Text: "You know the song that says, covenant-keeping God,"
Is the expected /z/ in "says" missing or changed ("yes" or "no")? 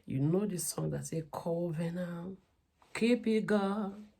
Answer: yes